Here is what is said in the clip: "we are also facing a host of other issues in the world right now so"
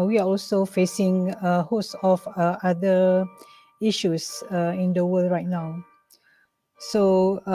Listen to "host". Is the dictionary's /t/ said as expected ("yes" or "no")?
no